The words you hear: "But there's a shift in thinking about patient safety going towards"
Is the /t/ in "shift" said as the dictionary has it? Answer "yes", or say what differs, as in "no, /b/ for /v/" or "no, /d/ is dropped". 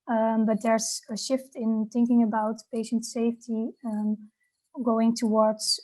yes